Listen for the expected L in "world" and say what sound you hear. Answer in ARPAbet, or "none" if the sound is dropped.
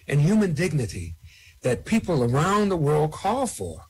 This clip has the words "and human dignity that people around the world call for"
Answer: L